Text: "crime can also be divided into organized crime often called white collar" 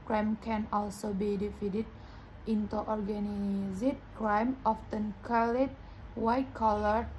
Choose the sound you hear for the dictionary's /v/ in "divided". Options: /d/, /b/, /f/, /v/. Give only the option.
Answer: /f/